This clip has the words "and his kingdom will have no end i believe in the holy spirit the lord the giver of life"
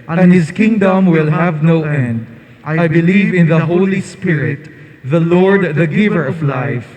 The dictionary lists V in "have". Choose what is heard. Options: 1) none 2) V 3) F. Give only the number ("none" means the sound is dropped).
2